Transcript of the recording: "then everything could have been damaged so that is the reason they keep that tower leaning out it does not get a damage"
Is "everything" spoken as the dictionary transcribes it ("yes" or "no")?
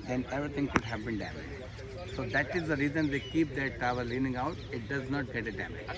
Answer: no